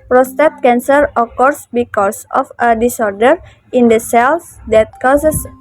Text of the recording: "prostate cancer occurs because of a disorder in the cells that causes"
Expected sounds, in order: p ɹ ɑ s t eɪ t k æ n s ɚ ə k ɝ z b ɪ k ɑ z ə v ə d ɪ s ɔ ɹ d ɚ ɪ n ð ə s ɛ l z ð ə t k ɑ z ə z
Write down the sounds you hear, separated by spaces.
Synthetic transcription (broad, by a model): p ɹ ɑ s t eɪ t k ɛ n s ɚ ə k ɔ s b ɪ k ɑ s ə f ə d ɪ s ɔ ɹ d ɚ ɪ n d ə s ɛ l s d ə t k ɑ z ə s